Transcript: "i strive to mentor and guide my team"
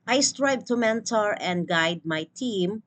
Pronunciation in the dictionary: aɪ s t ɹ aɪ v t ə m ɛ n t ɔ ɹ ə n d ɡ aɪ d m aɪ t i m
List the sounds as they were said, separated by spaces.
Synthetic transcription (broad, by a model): aɪ s t ɹ aɪ b t ə m ɛ n t ɔ ɹ ə n d ɡ aɪ d m aɪ t i m